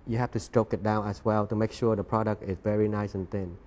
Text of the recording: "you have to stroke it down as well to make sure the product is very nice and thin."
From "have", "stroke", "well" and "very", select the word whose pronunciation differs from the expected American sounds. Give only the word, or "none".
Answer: have